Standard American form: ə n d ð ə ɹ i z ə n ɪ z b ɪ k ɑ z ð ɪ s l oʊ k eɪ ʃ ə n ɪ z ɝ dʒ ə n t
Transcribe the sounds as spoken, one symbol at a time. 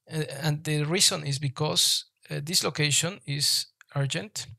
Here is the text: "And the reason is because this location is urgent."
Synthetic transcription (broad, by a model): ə n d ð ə ɹ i s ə n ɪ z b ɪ k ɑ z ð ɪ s l oʊ k eɪ ʃ ə n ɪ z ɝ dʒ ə n t